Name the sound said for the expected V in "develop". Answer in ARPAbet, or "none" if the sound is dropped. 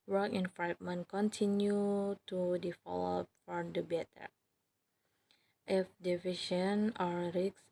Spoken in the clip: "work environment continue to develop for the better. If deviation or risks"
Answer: F